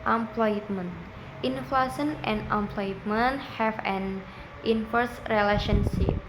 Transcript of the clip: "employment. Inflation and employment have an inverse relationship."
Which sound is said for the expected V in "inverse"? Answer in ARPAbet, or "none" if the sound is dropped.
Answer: F